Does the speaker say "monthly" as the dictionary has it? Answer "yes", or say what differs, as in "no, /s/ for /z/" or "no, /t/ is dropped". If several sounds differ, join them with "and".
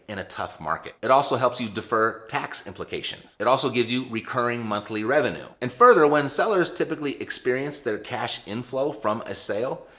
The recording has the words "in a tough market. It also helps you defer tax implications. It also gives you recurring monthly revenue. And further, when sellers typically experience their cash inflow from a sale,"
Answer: yes